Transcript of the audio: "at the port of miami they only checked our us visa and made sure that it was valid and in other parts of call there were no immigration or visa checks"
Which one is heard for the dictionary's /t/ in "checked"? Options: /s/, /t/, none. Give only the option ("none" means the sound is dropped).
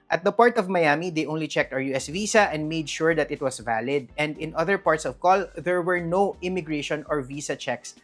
/t/